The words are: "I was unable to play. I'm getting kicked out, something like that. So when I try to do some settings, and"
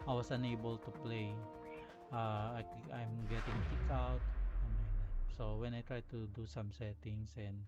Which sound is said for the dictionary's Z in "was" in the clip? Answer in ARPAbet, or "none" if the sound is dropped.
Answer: S